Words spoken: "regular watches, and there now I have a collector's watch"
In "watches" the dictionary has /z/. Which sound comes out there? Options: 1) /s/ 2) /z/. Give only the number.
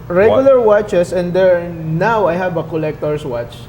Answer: 1